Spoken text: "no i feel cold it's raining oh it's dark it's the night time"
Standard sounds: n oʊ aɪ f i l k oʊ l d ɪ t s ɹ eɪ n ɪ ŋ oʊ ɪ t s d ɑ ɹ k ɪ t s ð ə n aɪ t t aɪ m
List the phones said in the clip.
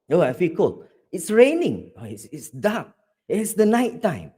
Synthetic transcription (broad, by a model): oʊ aɪ f i l k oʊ l ɪ t s ɹ eɪ n ɪ ŋ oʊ ɪ t s d ɑ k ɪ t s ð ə n aɪ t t aɪ m